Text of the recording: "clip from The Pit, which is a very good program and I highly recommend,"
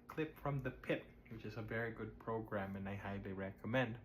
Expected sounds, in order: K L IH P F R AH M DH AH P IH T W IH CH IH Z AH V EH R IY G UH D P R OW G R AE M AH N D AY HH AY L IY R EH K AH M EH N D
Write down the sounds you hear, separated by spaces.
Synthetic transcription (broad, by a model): K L IH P F R AH M DH AH P IH T W IH CH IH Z AH V EH R IY G UH D P R OW G R AE M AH N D AY HH AY L IY R EH K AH M EH N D